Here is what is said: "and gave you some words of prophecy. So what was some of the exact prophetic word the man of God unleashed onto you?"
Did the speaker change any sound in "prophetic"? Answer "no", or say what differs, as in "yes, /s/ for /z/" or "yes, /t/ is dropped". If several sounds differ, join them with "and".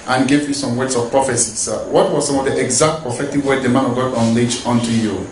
yes, /ɹ/ is dropped